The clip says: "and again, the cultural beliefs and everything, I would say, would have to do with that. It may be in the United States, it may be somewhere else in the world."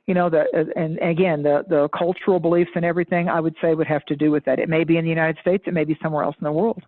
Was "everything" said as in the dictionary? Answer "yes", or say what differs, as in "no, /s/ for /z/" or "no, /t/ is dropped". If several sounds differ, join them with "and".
yes